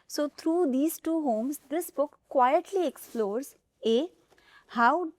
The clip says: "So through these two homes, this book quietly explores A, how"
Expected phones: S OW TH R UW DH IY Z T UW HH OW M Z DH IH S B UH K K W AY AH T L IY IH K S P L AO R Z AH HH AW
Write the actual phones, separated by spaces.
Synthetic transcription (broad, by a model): S OW T R UW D IY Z T UW HH OW M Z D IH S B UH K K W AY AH T L IY IH K S P L AO R Z AH HH AW